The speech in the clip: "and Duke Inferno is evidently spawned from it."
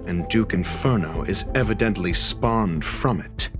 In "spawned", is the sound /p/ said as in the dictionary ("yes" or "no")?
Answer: yes